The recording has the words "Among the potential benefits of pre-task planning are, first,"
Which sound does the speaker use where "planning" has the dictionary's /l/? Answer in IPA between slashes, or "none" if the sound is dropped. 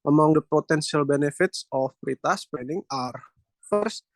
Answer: none